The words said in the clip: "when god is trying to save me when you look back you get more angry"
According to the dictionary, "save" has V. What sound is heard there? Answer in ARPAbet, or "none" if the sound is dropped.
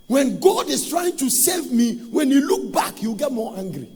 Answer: V